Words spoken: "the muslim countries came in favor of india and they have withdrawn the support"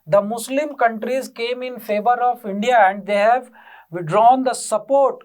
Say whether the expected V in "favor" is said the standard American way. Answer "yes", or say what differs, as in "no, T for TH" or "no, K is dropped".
yes